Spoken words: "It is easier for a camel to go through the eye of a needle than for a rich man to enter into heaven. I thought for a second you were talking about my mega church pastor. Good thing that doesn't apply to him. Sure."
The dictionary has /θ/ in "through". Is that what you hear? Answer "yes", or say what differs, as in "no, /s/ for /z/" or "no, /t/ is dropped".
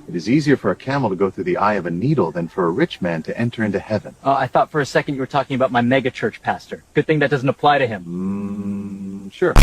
yes